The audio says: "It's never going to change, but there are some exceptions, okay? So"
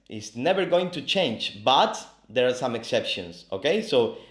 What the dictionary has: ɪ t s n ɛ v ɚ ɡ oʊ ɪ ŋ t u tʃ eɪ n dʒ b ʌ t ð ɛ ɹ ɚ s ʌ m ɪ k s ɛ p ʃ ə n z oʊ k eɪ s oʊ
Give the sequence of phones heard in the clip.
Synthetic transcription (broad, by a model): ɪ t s n ɛ v ɚ ɡ oʊ ɪ ŋ t u tʃ eɪ n dʒ b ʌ t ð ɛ ɹ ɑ s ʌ m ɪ k s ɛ p ʃ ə n s oʊ k eɪ s oʊ